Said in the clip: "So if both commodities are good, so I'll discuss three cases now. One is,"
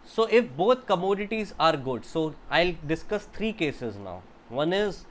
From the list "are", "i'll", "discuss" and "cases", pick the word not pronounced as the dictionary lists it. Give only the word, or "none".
none